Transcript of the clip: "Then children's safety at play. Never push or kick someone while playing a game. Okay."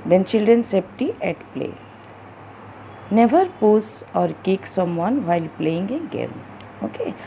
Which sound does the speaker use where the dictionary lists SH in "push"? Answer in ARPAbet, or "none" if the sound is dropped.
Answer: S